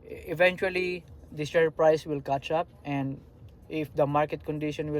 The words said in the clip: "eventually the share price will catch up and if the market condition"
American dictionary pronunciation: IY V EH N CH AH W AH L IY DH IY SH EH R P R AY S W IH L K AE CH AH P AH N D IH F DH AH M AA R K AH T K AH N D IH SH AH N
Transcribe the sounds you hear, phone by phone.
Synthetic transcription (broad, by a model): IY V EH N CH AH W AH L IY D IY S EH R P R AY S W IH L K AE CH AH P AH N D IH F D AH M AA R K AH T K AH N D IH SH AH N